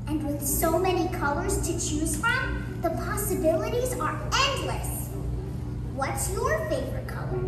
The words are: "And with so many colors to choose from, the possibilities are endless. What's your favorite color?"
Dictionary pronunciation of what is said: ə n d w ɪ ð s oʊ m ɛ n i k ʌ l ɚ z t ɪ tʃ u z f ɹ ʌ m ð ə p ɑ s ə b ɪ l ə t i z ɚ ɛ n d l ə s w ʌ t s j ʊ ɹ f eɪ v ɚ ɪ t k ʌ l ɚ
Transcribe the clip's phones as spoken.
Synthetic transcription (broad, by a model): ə n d w ɪ ð s oʊ m ɛ n i k ʌ l ɚ z t ɪ tʃ u z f ɹ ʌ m ð ə p ɑ s ə b ɪ l ə t i z ɚ ɛ n d l ə s w ʌ t s j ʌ ɹ f eɪ v ɚ ɪ t k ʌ l ɚ